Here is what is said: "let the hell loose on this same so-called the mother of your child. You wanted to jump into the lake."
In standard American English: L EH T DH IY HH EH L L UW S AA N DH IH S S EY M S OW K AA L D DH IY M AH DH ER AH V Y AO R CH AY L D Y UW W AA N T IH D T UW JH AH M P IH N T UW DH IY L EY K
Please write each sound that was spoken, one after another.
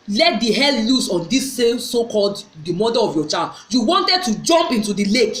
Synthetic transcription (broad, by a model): L EH T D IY HH EH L L UW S AA N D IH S S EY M S OW K AA L D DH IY M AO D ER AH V Y AO CH AY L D Y UW W AA N T IH D T UW JH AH M P IH N T UW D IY L EY K